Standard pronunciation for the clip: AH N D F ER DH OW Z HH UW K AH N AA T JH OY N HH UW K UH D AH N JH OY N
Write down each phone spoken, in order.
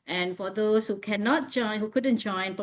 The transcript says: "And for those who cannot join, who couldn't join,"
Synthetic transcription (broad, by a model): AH N F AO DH OW S HH UW K AH N AA T JH OY N HH UW K UH D AH N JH OY N